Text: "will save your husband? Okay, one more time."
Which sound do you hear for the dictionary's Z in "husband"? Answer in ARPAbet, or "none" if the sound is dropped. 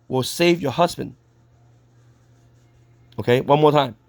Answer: Z